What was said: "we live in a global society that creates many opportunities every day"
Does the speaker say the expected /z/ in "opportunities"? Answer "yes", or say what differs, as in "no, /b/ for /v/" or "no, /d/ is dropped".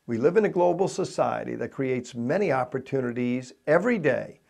yes